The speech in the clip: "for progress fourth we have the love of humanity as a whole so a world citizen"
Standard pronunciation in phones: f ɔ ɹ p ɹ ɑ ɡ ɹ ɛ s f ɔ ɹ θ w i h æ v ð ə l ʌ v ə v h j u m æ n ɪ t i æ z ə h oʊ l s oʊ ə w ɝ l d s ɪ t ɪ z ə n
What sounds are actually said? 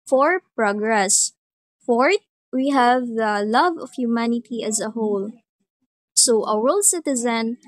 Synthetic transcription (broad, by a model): f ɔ ɹ p ɹ ɑ ɡ ɹ ɛ s f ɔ ɹ t w i h æ v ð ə l ʌ v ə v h j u m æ n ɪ t i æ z ə h oʊ l s oʊ ə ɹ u l s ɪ t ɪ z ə n